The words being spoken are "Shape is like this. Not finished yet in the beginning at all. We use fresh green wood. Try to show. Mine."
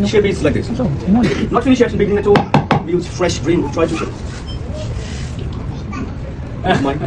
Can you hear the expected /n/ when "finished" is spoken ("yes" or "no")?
no